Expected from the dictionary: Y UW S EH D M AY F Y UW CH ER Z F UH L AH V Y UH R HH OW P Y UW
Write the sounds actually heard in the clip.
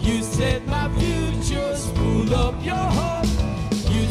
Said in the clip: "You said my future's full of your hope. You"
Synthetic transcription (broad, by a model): Y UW S EH D M AY F Y UW CH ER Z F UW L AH P Y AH R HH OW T Y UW